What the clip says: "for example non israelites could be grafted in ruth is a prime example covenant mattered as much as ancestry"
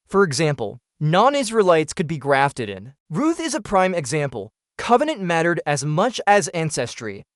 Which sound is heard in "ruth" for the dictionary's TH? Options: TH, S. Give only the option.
TH